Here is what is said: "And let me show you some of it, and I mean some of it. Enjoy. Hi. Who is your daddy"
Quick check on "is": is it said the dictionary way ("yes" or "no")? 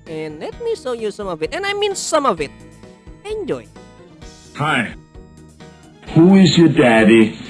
yes